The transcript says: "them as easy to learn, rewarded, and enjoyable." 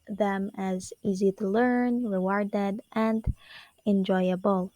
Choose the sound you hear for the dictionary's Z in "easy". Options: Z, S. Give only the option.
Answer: Z